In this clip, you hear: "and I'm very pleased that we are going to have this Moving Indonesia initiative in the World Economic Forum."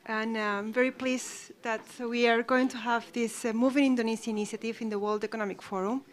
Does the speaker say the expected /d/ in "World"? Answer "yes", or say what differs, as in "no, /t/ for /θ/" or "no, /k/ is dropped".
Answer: yes